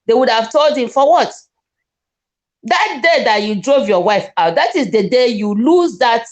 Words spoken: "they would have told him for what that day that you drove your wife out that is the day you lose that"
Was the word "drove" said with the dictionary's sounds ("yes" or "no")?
yes